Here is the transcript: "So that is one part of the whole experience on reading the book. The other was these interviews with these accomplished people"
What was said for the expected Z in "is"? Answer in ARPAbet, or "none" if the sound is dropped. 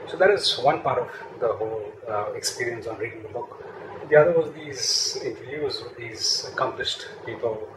Z